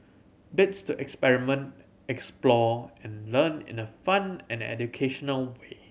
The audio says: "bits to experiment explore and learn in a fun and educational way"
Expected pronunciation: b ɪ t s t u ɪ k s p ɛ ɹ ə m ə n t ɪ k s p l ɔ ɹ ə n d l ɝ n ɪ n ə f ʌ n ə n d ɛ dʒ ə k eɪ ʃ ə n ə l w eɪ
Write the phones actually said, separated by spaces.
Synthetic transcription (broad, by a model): b ɪ t s t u ɪ k s p ɛ ɹ ə m ə n t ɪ k s p l ɔ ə n l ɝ n ɪ n ə f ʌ n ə n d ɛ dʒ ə k eɪ ʃ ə n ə l w eɪ